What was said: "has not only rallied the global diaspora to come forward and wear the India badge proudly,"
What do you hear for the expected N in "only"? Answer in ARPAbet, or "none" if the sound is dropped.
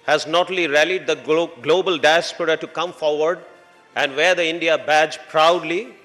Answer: none